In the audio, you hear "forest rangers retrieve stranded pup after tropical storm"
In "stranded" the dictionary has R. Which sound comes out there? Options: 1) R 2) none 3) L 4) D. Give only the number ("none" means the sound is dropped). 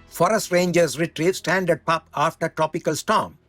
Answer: 2